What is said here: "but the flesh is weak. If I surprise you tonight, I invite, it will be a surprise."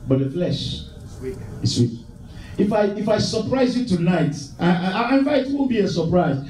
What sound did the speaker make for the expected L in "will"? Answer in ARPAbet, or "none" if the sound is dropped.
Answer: N